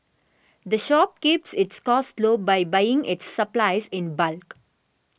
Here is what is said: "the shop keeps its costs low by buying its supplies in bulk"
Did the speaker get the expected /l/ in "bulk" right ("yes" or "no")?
yes